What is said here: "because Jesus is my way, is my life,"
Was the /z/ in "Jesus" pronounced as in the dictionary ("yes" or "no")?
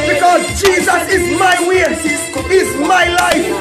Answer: yes